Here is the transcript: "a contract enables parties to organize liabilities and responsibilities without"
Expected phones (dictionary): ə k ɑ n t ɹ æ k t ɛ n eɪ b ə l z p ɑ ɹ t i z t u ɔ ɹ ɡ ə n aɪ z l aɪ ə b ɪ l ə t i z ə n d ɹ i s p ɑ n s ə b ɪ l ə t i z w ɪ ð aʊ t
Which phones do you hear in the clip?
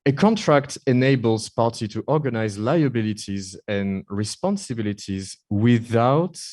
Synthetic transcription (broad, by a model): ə k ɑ n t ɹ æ k t ɛ n eɪ b ə l z p ɑ ɹ t i t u ɔ ɹ ɡ ə n aɪ z l aɪ ə b ɪ l ə t i z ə n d ɹ i s p ɑ n s ə b ɪ l ə t i z w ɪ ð aʊ t